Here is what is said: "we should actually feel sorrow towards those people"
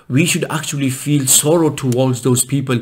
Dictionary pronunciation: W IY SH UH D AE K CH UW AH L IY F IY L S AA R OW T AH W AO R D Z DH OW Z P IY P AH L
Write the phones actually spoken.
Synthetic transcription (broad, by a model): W IY SH UH D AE K CH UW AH L IY F IY L S AA R OW T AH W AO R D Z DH OW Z P IY P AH L